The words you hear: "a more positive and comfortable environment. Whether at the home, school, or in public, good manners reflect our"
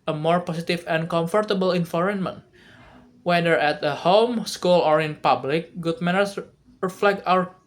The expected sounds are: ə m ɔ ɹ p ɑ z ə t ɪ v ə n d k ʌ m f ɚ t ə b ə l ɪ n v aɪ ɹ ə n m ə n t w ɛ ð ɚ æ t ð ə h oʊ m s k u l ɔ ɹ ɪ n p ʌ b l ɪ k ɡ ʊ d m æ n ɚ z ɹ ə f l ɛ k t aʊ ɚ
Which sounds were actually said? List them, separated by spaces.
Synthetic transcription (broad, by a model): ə m ɔ ɹ p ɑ s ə t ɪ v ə n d k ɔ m f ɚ t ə b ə l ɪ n f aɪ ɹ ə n m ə n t w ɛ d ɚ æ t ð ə h oʊ m s k u l ɔ ɹ ɪ n p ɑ b l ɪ k ɡ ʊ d m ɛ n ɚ s ɹ ə f l ɛ k t aʊ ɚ